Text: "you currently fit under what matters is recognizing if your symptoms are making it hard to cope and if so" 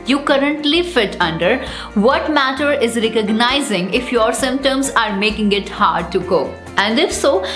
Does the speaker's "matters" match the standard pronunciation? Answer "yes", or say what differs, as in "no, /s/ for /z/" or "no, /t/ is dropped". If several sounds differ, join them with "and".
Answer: no, /z/ is dropped